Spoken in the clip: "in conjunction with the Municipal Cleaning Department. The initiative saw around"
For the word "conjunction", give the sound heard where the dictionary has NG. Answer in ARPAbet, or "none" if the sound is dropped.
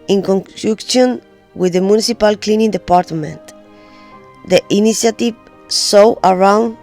none